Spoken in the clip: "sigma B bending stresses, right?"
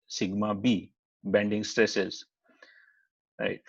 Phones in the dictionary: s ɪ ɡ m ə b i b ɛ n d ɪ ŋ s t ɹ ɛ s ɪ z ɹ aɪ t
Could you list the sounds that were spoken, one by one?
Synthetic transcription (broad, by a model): s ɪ ɡ m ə b i b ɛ n d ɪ ŋ s t ɹ ɛ s ɪ z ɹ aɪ t